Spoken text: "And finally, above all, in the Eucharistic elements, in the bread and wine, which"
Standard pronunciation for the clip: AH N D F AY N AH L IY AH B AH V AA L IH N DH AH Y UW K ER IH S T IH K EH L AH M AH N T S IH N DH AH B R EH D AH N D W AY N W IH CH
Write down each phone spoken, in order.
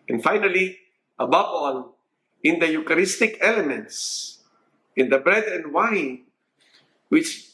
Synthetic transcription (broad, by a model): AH N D F AY N AH L IY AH B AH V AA N IH N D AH Y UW K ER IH S T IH K EH L AH M AH N T S IH N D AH B R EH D AH N D W AY N W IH CH